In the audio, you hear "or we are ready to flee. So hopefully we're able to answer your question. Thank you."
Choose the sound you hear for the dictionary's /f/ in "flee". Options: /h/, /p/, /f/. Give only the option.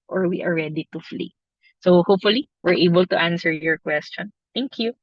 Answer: /f/